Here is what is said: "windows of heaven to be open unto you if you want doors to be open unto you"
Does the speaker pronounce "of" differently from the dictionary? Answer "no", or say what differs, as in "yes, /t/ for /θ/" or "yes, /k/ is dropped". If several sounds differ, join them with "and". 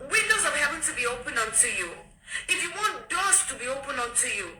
yes, /w/ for /v/